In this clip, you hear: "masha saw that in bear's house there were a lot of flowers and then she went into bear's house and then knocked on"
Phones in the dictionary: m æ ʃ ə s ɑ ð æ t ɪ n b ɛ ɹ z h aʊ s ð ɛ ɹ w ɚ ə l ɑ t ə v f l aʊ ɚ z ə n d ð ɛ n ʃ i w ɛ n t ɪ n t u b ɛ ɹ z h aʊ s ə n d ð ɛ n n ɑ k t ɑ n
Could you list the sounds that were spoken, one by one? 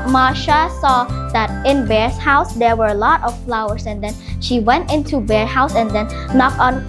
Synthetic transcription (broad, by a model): m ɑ ʃ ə s ɑ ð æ t ɪ n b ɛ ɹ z h aʊ s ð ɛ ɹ w ɚ ə l ɑ t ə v f l aʊ ɚ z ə n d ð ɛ n ʃ i w ɛ n t ɪ n t u b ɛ ɹ h aʊ s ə n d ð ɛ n n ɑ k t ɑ n